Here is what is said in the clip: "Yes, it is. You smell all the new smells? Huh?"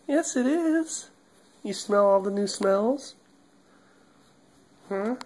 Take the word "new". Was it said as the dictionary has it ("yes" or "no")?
yes